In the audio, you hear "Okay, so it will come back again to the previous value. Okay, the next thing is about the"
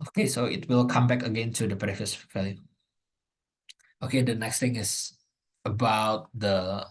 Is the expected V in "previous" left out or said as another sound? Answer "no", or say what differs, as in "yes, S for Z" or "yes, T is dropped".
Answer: yes, V is dropped